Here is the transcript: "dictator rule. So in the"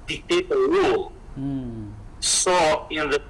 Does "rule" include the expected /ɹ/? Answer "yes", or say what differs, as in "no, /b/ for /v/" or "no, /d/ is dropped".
no, /w/ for /ɹ/